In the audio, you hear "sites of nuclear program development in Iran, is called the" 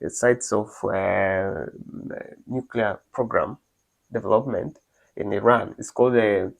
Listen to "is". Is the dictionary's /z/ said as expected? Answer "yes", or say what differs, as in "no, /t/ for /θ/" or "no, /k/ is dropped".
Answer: no, /s/ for /z/